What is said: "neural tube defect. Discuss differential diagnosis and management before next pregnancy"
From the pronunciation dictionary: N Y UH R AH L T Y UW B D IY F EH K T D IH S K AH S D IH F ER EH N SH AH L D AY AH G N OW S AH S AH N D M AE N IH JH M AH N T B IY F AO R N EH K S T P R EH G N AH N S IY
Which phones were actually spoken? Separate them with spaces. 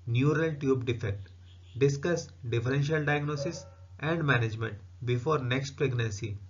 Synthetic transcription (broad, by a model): N Y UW R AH L T Y UW B D IY F EH K T D IH S K AH S D IH F ER EH N SH AH L D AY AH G N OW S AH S AH N D M AE N IH JH M AH N T B IY F AO R N EH K S T P R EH G N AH N S IY